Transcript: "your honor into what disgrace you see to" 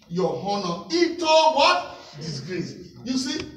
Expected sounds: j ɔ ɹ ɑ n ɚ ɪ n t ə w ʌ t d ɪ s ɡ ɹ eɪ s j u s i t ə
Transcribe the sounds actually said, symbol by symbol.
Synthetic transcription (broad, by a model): j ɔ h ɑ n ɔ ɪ t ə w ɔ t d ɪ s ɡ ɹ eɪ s j u s i